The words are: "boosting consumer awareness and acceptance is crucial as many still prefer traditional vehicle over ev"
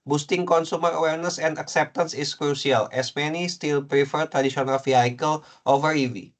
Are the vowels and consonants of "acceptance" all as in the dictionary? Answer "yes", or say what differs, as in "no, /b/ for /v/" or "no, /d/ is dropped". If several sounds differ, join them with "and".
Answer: yes